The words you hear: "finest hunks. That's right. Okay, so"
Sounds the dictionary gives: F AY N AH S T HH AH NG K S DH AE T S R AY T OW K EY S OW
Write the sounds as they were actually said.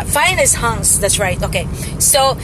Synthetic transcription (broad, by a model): F AY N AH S HH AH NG S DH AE T S R AY T OW K EY S OW